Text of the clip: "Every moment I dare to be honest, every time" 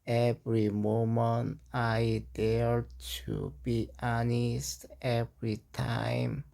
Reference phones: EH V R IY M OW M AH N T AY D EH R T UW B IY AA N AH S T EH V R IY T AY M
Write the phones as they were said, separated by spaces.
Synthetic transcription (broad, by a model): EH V R IY M OW M AH N T AY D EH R T UW B IY AA N AH S T EH V R IY T AY M